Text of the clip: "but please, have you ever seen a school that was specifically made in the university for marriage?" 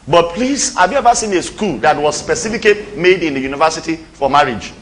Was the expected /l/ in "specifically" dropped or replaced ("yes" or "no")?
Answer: yes